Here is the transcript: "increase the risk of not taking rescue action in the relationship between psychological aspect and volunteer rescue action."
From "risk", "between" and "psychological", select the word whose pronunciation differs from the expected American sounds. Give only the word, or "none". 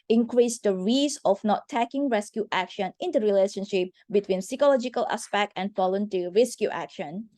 risk